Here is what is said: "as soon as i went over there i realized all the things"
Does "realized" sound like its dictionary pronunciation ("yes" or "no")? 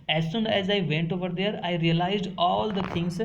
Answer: yes